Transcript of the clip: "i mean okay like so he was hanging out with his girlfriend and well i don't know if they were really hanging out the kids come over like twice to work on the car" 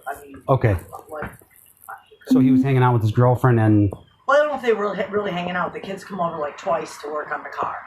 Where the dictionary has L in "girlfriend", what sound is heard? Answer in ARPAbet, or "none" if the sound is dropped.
L